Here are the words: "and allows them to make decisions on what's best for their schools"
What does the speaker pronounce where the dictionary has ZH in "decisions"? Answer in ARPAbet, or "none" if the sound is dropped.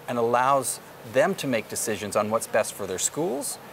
ZH